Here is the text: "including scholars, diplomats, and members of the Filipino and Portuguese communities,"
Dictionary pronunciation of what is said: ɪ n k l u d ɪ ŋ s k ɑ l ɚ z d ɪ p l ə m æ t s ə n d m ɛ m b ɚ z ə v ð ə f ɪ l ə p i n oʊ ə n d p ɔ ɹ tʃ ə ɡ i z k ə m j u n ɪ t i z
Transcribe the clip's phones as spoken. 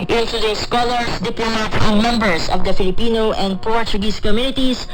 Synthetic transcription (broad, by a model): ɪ n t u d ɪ s k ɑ l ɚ s d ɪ p l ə m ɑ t ə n m ɛ m b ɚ s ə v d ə f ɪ l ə p i n oʊ ə n d p ɔ ɹ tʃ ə ɡ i s k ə m j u n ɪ t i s